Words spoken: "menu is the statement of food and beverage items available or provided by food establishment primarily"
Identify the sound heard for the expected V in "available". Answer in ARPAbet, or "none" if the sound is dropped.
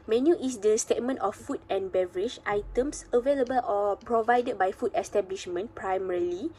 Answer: V